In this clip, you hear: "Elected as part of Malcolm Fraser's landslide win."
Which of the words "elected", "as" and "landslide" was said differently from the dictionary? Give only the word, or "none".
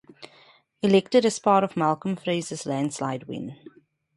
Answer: as